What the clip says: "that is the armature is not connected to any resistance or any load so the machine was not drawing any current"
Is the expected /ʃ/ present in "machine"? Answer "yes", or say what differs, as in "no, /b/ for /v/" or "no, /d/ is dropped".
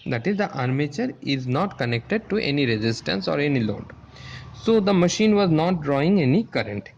yes